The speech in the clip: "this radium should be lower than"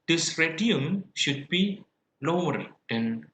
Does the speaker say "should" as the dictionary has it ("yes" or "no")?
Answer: yes